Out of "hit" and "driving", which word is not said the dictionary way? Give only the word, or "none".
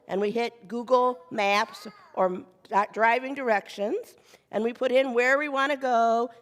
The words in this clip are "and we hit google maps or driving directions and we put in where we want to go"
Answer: none